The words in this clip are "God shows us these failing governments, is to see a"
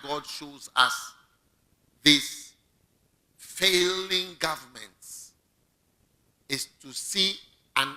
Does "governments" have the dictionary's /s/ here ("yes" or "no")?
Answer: no